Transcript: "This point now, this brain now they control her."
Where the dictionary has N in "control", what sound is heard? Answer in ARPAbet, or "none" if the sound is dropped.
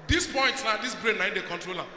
N